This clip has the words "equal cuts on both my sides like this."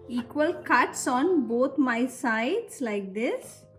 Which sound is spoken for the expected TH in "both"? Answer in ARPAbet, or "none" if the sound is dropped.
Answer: T